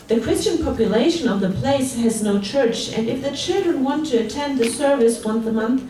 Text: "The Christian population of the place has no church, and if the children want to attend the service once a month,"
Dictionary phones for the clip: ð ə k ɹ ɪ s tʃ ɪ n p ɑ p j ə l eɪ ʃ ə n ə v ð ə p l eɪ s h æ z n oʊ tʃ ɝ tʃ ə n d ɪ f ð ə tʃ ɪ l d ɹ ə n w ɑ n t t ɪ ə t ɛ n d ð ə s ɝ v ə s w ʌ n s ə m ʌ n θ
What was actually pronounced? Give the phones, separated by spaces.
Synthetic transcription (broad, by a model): ð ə k ɹ ɪ s tʃ ɪ n p ɑ p j ə l eɪ ʃ ə n ə v ð ə p l eɪ s h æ z n oʊ tʃ ɝ tʃ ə n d ɪ f ð ə tʃ ɪ l d ɹ ə n w ɑ n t t ɪ ə t ɛ n d ð ə s ɝ v ə s w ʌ n θ ə m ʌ n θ